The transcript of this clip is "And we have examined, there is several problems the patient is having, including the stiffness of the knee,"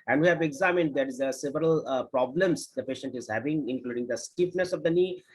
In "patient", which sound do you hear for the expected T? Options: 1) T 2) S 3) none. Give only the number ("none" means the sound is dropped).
1